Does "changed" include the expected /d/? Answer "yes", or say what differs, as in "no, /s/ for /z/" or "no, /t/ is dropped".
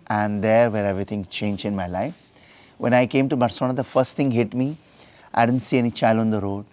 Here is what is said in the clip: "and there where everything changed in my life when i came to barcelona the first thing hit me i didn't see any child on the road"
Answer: no, /d/ is dropped